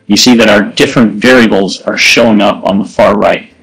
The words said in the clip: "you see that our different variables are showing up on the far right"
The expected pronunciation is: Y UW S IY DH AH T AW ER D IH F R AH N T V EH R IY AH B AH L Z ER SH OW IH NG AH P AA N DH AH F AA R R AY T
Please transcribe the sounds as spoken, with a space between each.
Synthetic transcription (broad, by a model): Y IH S IY DH AH T AW ER D IH F R AH N T V EH R IY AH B L Z ER SH OW IH NG AH P N DH AH F AA R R AY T